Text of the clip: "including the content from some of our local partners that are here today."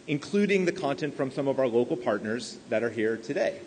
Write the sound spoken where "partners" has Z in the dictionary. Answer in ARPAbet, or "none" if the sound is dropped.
Z